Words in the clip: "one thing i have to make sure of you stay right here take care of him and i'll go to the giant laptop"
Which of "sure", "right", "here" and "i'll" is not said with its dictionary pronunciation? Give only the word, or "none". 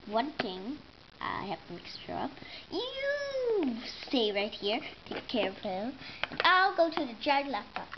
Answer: sure